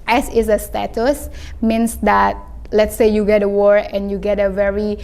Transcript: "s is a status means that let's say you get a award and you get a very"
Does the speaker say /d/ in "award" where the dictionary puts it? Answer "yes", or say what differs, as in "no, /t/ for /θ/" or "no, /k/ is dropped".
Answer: no, /d/ is dropped